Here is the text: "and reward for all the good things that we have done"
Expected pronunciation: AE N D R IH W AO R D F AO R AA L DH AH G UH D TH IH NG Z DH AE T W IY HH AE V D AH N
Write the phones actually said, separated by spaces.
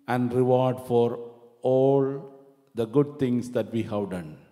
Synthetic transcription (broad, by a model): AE N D R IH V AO R D F AO R AA L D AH G UH D T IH NG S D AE T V IY HH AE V D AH N